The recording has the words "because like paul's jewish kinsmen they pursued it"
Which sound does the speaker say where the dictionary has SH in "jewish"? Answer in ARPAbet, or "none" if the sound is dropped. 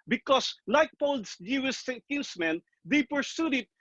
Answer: S